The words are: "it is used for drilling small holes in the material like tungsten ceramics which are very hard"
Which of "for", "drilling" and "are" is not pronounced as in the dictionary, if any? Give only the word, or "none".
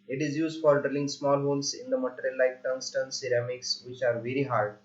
none